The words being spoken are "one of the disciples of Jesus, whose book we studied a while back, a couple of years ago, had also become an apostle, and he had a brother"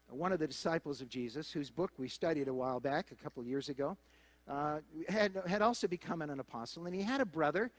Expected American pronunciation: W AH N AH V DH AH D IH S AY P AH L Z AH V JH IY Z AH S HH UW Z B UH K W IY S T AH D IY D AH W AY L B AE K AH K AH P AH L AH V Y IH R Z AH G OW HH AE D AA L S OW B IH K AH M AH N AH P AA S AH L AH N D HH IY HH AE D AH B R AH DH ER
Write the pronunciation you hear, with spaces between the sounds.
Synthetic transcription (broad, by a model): W AH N AH V DH AH D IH S AY P L Z AH V JH IY Z AH S HH UW Z B UH K W IY S T AH D IY D AH W AY L B AE K AH K AH P L AH V Y IH R Z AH G OW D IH D AA L S OW B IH K AH M AH N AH P AA S L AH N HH IY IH D AH B R AH DH ER